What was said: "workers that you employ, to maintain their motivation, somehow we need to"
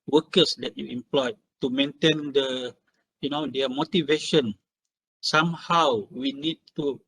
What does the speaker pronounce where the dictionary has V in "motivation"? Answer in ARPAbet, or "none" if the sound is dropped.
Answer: V